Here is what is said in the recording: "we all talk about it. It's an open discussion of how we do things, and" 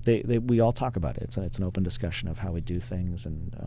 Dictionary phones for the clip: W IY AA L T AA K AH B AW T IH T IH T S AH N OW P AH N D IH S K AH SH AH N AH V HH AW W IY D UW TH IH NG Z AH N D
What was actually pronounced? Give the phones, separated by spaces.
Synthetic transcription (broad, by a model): W IY AA L T AA K AH B AW T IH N IH T S N OW P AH N D IH S K AH SH AH N AH V HH AW W IY D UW TH IH NG Z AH N